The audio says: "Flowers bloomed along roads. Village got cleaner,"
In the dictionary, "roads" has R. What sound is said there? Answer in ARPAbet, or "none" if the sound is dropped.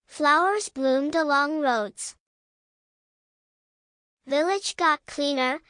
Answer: R